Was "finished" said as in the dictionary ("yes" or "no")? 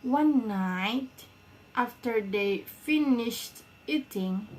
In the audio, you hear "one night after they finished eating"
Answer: yes